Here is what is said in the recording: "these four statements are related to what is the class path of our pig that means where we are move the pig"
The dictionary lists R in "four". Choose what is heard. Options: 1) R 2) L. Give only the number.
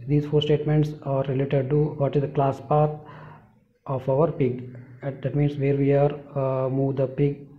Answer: 1